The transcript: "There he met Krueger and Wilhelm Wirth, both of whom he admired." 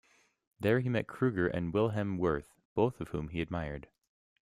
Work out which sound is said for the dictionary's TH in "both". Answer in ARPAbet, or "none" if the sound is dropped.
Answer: TH